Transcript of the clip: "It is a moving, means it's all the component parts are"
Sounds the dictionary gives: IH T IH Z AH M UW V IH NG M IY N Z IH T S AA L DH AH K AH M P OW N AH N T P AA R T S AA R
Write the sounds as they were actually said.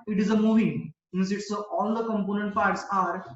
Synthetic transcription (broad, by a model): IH T IH Z AH M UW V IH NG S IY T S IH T AA L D AH K AH M P OW N AH N T F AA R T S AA R